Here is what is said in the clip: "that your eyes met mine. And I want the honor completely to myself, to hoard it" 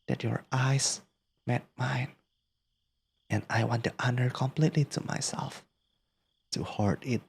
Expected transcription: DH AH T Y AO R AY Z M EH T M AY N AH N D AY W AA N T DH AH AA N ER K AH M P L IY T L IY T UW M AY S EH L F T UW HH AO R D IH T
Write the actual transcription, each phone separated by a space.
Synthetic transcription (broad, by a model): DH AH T Y AO R AY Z M EH T M AY N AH N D AY W AA N T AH AA N ER K AH M P L IY T L IY T UW M AY S EH L F T UW HH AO R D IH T